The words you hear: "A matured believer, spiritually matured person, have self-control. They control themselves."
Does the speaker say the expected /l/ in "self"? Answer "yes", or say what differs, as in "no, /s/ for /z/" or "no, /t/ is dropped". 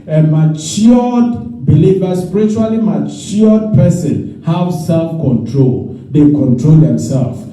yes